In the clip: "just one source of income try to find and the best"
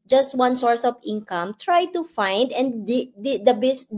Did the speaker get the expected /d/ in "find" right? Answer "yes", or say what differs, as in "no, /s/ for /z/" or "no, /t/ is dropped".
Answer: yes